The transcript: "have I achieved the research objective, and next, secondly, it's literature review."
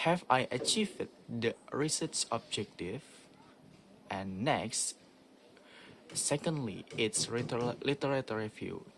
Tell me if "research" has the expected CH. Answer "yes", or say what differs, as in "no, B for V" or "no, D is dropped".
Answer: no, S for CH